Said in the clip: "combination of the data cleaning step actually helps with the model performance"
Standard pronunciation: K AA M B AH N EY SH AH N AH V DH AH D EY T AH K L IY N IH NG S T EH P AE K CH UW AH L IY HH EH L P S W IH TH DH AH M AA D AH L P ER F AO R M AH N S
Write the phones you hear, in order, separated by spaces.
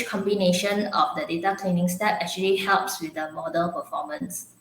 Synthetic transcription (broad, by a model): K AA M B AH N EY SH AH N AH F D AH D EY T AH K L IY N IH NG S T EH P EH K CH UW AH L IY HH EH L P S W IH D AH M AA D AH L P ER F AO M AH N S